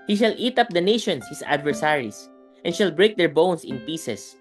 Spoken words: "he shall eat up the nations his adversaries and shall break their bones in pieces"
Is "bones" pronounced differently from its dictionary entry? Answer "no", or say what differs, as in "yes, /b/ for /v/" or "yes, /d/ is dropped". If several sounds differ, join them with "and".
yes, /s/ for /z/